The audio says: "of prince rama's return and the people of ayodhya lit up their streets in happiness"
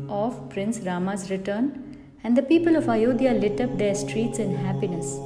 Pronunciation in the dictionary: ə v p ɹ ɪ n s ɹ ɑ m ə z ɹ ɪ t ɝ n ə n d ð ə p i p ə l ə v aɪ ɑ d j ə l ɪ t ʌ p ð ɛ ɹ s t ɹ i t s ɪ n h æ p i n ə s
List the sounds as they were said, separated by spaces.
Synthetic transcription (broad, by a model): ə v p ɹ ɪ n s ɹ ɑ m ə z ɹ ɪ t ɝ n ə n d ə p i p ə l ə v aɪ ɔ d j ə l ɪ t ʌ p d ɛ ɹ s t ɹ i t s ɪ n h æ p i n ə s